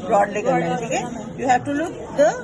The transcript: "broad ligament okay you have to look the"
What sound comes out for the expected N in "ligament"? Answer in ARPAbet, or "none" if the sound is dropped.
none